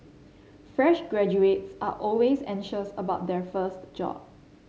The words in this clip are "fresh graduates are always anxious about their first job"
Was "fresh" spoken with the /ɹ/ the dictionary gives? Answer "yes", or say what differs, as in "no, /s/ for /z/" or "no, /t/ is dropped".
yes